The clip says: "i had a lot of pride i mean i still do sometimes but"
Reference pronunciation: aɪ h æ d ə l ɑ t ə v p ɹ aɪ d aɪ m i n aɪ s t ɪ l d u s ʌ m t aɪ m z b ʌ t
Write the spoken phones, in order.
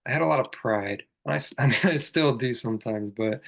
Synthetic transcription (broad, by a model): aɪ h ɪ d ə l ɑ t ə v p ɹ aɪ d aɪ m i n aɪ s t ɪ l d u s ʌ m t aɪ m z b ʌ t